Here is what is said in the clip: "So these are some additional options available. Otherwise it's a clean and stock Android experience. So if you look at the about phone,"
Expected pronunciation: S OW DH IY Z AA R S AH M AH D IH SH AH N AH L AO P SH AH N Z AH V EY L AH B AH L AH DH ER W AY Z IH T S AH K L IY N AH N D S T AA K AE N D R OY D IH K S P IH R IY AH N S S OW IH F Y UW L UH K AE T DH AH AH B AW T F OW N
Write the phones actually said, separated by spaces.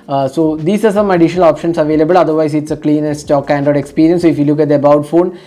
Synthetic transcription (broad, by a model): S OW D IY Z AA R S AH M AH D IH SH AH N AH L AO P SH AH N S AH V EY L AH B AH L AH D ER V AY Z IH T S AH K L IY N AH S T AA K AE N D OY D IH K S P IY R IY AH N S S OW IH F Y UW L UH K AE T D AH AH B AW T F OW N